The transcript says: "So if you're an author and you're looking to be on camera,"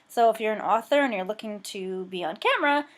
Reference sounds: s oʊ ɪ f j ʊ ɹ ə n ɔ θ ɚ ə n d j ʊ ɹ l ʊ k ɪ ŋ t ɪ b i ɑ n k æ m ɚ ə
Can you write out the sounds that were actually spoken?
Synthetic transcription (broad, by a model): s oʊ ɪ f j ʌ ɹ ə n ɔ θ ɚ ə n j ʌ ɹ l ʊ k ɪ ŋ t ɪ b i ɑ n k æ m ɚ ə